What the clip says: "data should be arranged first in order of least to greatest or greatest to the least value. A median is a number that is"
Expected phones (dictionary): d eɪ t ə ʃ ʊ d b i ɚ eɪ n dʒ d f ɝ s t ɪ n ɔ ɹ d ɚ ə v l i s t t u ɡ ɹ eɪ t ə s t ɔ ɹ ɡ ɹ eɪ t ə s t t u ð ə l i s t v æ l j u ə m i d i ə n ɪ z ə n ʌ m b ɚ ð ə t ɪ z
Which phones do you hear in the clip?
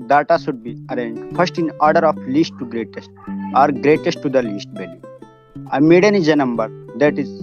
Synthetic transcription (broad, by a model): d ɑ t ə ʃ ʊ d b i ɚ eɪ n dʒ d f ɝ s t ɪ n ɔ ɹ d ɚ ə f l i s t t u ɡ ɹ eɪ t ə s t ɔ ɹ ɡ ɹ eɪ t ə s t t u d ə l i s t b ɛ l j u ə m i d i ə n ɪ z ə n ʌ m b ɚ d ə t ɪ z